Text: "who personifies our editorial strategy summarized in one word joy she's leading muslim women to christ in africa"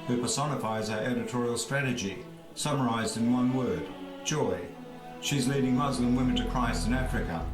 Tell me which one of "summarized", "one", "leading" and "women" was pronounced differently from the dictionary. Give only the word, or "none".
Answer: none